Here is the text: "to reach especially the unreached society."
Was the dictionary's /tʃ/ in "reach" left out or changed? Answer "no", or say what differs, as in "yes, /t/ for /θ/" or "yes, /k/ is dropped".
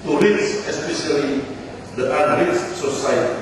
yes, /s/ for /tʃ/